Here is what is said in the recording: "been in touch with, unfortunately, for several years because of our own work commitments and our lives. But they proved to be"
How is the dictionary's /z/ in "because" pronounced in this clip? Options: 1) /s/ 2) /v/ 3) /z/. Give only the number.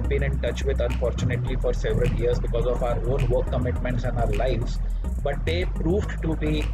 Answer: 3